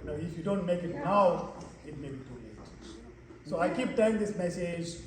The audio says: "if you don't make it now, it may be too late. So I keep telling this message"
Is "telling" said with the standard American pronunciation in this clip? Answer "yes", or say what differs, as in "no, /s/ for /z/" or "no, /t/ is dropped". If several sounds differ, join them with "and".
no, /l/ is dropped